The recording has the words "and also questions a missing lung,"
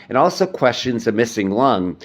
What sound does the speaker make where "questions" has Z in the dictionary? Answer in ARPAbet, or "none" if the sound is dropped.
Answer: Z